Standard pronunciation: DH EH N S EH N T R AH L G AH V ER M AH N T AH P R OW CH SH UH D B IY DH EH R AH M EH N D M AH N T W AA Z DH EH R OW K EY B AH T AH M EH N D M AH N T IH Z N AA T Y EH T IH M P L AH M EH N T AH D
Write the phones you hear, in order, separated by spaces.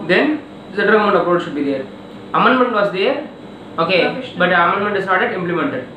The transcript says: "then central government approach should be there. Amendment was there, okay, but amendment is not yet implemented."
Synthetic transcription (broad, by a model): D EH N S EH T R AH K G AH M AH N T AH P R OW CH SH UH D B IY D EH R AH M EH N D M AH N T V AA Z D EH R OW K EY B AH T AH M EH N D M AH N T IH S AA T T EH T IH M P L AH M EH N T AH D